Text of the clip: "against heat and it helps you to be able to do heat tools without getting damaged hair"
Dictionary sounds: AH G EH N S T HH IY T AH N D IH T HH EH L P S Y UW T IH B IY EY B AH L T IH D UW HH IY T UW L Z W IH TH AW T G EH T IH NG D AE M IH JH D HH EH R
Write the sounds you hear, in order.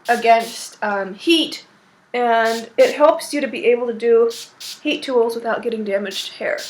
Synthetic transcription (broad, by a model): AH G EH N S T HH IY T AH N IH T HH EH L P S Y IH T IH B IY EY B L T IH D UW HH IY T UW L Z W IH TH AW T G EH T IH NG D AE M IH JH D HH EH R